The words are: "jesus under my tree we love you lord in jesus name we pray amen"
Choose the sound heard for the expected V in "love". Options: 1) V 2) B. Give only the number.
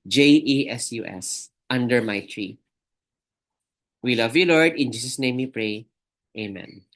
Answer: 1